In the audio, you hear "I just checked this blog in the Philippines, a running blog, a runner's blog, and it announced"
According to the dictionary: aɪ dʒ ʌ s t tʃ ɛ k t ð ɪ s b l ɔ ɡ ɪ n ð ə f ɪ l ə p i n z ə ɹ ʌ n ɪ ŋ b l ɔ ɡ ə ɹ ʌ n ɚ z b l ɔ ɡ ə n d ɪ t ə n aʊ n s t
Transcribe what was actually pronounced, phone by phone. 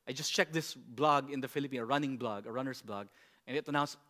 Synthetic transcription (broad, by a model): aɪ dʒ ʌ s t tʃ ɛ k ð ɪ s b l ɔ ɡ ɪ n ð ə f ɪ l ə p i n ə ɹ ʌ n ɪ ŋ b l ɔ ɡ ə ɹ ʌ n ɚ s b l ɔ ɡ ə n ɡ ɪ t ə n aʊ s